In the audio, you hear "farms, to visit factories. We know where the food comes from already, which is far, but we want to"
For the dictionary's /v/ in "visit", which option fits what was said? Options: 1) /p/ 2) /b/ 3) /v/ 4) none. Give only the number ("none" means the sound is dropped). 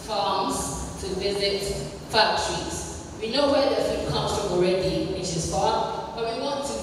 3